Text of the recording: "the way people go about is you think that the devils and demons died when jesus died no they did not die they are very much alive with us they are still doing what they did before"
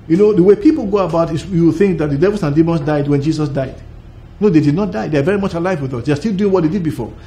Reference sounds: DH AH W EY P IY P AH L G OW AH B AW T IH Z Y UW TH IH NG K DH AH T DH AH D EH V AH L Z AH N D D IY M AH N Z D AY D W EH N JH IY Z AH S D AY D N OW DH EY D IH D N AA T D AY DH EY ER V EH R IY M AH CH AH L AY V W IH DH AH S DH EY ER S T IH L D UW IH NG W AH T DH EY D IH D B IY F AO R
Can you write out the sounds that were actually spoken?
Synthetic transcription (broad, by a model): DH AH W EY P IY P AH L G OW AH B AW T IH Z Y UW TH IH NG K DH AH T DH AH D EH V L S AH N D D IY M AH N S D AY D W EH N JH IY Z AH S D AY D N OW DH EY D IH D N AA T D AY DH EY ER V EH R IY M AH CH AH L AY V W IH DH AH S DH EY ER S T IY L D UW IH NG W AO T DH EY D IH D B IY F AO R